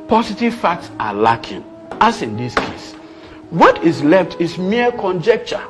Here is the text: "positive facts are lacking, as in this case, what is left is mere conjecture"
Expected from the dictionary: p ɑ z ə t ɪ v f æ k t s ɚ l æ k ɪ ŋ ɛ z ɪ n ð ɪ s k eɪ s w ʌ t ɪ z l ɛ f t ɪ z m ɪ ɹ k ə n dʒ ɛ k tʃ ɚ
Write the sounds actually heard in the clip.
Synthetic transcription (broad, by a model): p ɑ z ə t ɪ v f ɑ k t s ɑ l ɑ k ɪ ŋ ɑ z ɪ n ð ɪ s k eɪ s w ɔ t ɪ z l ɛ f t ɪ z m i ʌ k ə n dʒ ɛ k tʃ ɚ